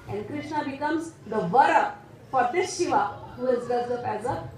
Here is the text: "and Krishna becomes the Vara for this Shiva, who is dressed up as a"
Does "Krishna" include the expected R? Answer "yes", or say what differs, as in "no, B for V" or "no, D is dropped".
yes